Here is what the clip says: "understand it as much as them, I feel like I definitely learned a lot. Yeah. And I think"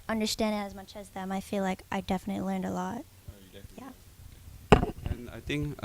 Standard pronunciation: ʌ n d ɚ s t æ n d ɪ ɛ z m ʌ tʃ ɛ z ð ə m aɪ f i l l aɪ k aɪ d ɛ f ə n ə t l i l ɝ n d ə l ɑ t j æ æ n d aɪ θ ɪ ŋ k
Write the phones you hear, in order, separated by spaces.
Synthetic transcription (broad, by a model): ʌ n d ɚ s t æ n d ɪ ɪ z m ʌ tʃ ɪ z ð ə m aɪ f i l l aɪ k aɪ d ɛ f ə n ə t l i l ɝ n d ə l ɑ t j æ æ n aɪ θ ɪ ŋ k